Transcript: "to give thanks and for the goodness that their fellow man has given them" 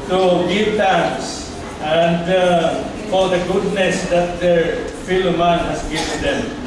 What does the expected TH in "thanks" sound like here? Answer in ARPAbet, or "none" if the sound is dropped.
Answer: T